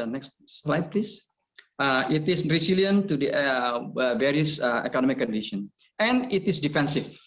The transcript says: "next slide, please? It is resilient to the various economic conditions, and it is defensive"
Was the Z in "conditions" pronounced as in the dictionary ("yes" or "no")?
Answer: no